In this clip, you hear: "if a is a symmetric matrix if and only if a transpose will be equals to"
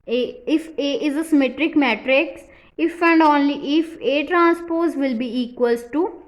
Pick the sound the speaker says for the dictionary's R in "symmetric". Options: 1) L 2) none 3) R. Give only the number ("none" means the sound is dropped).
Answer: 3